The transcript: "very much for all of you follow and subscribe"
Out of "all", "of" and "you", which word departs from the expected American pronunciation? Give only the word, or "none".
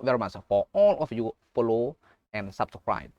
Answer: of